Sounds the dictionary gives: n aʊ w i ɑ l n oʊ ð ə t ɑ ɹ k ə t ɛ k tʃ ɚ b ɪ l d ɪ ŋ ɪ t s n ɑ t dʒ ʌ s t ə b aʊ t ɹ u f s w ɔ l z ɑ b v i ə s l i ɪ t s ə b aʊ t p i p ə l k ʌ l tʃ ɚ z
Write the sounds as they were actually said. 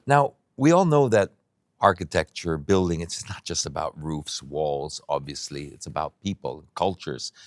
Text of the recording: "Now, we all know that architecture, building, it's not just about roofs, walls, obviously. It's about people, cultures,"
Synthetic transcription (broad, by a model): n aʊ w i ɑ l n oʊ ð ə t ɑ ɹ k ə t ɛ k tʃ ɚ b ɪ l d ɪ ŋ ɪ t s n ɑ t dʒ ʌ s t ə b aʊ t ɹ u f s w ɔ l z ɑ b v i ə s l i ɪ t s ə b aʊ t p i p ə l k ʌ l tʃ ɚ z